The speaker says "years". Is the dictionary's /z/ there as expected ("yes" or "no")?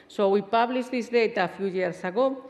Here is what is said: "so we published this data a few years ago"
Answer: no